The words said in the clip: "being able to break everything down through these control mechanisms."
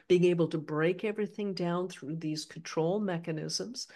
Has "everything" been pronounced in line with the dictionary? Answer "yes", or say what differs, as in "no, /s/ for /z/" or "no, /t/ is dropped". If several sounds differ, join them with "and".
yes